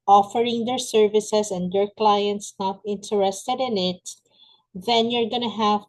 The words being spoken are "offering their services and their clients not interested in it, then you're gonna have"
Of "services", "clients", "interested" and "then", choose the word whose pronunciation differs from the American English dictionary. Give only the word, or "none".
services